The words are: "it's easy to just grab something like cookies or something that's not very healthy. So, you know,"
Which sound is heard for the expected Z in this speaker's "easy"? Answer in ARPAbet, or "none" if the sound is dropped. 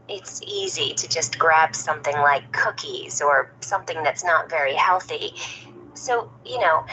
Z